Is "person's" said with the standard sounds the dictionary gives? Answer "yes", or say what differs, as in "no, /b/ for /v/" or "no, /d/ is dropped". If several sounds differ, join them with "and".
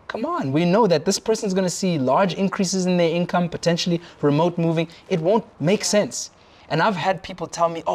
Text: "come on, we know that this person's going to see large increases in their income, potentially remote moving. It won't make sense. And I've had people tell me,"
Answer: yes